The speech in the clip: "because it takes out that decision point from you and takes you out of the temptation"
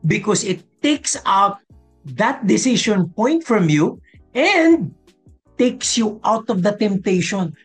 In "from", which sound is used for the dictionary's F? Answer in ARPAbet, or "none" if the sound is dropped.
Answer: F